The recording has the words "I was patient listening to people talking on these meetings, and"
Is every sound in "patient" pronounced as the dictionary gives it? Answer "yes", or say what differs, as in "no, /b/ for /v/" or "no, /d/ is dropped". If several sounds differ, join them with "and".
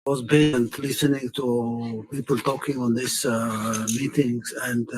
no, /b/ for /p/ and /ʃ/ is dropped